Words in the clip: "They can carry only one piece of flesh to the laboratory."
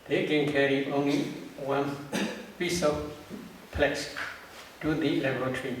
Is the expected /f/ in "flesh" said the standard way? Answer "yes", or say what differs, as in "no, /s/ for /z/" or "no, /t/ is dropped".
no, /p/ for /f/